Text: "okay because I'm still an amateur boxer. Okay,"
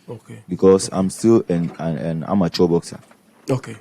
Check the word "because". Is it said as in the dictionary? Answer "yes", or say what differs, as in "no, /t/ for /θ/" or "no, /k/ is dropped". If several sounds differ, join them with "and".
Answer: no, /s/ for /z/